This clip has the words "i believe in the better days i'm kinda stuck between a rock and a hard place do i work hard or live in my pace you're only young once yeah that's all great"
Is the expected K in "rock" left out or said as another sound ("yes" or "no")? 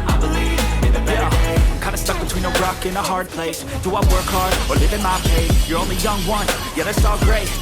no